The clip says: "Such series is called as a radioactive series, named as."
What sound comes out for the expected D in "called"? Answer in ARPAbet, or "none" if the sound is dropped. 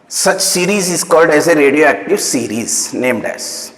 D